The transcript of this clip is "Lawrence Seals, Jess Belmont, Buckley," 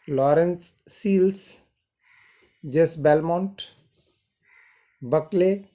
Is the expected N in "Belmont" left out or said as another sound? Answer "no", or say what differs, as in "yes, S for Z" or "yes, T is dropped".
no